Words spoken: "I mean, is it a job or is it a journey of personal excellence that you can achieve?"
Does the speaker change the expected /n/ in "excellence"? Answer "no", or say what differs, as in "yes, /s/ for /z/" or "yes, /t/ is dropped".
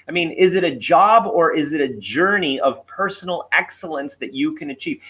no